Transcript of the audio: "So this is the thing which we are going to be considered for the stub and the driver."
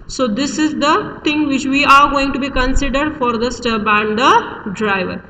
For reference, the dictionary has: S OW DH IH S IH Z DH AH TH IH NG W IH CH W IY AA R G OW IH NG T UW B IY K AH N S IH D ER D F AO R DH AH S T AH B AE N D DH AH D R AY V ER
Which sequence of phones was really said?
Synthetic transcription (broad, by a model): S OW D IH S IH Z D AH T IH NG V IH CH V IY AA R G OW IH NG T UW B IY K AH N S IH D ER D F AO R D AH S T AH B AE N D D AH D R AY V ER